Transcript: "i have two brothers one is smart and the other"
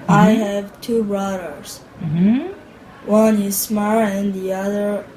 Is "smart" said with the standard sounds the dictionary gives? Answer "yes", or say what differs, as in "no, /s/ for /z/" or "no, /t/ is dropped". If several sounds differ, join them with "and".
no, /t/ is dropped